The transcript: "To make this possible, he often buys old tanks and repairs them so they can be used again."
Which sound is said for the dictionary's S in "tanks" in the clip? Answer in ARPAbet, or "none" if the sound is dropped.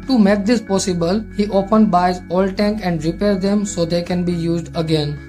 none